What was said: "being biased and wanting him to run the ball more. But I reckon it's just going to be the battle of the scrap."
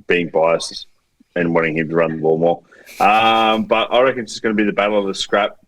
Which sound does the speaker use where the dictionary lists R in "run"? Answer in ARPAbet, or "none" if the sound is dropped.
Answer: R